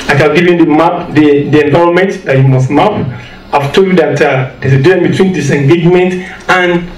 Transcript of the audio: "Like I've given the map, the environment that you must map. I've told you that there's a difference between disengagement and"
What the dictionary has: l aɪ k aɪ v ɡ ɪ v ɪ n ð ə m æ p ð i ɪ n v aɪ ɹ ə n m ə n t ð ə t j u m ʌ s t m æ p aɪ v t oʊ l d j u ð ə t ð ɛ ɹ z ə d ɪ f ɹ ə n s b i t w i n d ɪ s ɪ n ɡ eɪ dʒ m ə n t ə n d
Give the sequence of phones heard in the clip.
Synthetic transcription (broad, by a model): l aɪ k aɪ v ɡ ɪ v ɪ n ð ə m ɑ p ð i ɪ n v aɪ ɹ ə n m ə n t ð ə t j u m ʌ s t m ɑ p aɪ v t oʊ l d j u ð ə t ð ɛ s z ə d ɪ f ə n b i t w i n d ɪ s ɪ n ɡ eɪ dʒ m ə n t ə n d